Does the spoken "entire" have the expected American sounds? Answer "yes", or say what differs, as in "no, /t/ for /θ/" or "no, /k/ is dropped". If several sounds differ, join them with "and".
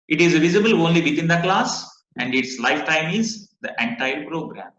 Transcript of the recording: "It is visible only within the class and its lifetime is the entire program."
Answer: yes